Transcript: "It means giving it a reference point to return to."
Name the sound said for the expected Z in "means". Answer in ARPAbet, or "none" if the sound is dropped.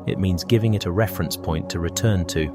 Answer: Z